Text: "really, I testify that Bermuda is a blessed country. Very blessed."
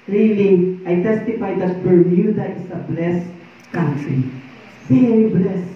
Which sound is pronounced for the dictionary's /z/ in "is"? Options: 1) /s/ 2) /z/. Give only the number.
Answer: 1